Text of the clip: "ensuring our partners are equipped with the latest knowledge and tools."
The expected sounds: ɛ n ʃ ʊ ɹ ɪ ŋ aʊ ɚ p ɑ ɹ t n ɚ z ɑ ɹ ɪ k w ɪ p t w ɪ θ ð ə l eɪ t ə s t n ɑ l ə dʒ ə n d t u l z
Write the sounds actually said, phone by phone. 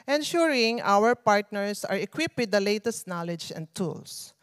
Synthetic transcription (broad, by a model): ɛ n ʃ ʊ ɹ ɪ ŋ aʊ ɚ p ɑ ɹ t n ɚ s ɑ ɹ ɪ k w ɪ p w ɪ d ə l eɪ t ə s t n ɑ l ə dʒ ə n d t u l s